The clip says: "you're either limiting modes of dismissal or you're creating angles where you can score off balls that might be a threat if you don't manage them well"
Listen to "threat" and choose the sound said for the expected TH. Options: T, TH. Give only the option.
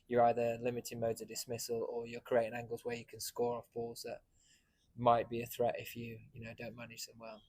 TH